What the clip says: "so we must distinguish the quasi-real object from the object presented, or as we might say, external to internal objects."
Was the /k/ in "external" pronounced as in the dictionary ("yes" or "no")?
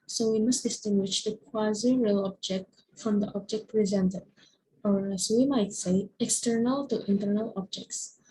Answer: yes